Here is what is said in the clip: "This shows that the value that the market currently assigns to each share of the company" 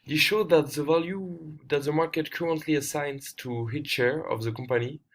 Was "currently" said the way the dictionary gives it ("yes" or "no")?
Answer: yes